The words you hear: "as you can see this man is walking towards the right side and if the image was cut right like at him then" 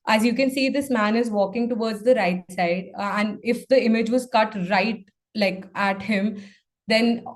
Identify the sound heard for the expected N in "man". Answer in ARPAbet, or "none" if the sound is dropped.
N